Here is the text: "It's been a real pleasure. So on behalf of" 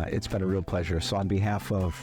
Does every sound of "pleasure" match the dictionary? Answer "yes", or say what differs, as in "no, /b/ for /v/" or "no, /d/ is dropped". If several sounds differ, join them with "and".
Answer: yes